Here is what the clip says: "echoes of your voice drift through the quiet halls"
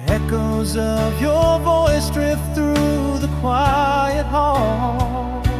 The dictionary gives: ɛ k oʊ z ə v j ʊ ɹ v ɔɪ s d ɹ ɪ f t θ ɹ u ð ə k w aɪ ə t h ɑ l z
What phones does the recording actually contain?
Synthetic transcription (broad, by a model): ɛ k oʊ z ə v j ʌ ɹ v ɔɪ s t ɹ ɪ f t θ ɹ u ð ə k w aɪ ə t h ɑ l